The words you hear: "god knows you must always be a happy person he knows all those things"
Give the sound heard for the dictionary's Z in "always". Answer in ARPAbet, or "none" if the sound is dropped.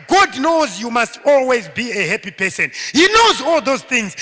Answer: Z